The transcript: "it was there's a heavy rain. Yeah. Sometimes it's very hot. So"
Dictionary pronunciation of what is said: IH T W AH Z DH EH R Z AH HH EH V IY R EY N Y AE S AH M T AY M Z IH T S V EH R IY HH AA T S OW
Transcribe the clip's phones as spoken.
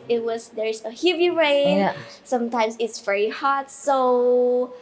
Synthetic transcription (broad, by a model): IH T W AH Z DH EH R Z AH HH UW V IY R EY N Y S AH M T AY M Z IH T S V EH R IY HH AA T S OW